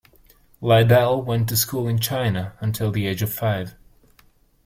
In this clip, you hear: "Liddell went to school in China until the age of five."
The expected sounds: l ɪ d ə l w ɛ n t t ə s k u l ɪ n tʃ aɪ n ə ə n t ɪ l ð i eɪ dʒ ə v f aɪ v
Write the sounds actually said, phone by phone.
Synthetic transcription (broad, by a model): l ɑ d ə l w ɛ n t t ə s k u l ɪ n tʃ aɪ n ə ə n t ɪ l ð i eɪ dʒ ə v f aɪ v